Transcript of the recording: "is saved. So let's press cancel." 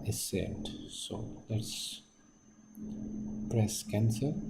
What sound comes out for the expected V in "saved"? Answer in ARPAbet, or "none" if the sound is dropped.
none